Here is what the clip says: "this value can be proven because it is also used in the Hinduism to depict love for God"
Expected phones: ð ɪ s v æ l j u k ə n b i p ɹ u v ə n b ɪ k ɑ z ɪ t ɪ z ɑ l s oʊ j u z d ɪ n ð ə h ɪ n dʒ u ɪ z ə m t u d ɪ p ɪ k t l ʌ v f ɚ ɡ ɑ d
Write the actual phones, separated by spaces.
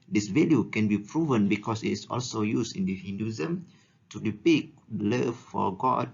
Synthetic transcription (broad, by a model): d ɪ s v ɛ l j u k ə n b i p ɹ u v ə n b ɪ k ɑ s ɪ t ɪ s ɑ l s oʊ j u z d ɪ n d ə h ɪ n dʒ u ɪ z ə m t u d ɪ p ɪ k l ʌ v f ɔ ɡ ɑ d